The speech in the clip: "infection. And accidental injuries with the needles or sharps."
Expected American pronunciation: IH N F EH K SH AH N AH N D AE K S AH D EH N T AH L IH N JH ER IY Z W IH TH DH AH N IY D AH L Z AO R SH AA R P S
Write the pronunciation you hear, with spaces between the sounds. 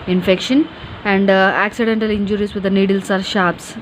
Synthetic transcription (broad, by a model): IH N F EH K SH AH N AH N D AE K S AH D EH N T AH L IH N JH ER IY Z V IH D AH N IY D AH L S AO R SH AA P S